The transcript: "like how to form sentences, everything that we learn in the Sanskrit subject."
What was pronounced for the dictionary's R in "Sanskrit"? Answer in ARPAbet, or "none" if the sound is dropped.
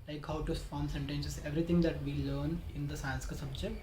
none